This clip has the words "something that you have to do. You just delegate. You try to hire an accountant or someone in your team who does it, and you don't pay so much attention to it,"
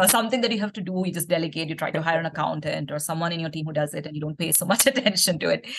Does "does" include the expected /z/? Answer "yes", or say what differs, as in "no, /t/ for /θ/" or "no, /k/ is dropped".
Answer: yes